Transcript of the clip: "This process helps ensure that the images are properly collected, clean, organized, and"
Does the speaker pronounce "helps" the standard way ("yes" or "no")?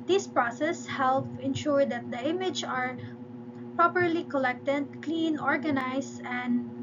no